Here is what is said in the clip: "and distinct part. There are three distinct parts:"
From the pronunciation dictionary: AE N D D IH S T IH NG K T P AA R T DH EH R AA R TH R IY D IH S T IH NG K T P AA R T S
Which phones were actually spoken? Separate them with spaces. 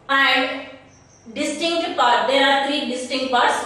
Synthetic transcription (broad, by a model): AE N D D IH S T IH NG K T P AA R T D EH R AA R T R IY D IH S T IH NG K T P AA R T S